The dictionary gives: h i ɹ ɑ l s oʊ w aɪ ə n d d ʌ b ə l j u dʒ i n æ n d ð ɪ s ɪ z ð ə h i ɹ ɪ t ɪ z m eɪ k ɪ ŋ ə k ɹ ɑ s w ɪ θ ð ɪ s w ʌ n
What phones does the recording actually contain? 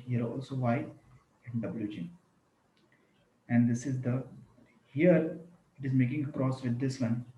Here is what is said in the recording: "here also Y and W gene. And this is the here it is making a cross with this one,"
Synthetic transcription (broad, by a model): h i ɹ ɑ l s oʊ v aɪ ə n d d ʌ b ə l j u dʒ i æ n d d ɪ s ɪ z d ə h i ɹ ɪ t ɪ z m eɪ k ɪ ŋ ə k ɹ ɑ s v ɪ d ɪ s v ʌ n